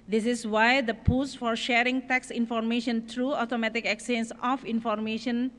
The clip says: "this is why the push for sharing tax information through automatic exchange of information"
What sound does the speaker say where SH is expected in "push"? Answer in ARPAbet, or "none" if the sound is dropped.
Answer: S